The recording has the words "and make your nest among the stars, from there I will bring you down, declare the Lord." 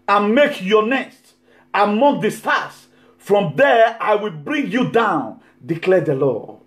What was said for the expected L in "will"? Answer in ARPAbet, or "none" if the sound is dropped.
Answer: L